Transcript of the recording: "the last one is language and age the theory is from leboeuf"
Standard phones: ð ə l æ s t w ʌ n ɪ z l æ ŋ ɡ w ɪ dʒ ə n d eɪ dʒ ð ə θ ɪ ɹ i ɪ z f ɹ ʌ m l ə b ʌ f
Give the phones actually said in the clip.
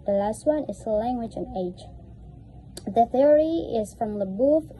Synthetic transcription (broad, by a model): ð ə l æ s t w ʌ n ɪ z l æ ŋ ɡ w ɪ dʒ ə n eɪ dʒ ð ə θ ɪ ɹ i ɪ z f ɹ ʌ m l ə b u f